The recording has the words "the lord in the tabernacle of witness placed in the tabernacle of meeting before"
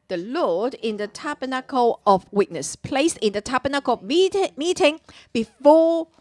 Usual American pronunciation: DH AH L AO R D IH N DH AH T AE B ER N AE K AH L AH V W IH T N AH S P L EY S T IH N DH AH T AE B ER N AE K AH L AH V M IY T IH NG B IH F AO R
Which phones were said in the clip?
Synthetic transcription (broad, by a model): DH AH L AO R D IH N DH AH T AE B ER N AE K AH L AH V W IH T N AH S P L EY S IH N DH AH T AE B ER N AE K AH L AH M IY T IH NG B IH F AO